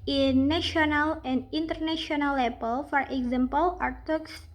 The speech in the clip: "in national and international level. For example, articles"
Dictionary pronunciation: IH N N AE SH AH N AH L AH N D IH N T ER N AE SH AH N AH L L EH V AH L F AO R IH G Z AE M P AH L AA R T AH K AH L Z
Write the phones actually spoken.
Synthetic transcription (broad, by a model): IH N N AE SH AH N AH L AH N D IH N T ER N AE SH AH N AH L L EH P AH L F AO R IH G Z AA M P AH L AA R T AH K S